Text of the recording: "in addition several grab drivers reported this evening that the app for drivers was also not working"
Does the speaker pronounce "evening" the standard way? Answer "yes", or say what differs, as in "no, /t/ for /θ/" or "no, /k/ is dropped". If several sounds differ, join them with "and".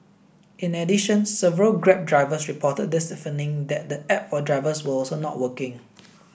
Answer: no, /f/ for /v/